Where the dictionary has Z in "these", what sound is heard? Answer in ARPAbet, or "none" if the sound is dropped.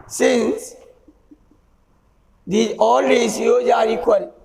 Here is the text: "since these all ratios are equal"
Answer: none